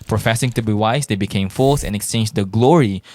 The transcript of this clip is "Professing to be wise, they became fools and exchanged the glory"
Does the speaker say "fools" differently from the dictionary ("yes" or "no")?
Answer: yes